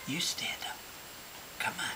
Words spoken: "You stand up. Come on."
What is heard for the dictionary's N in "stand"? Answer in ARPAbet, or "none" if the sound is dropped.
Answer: none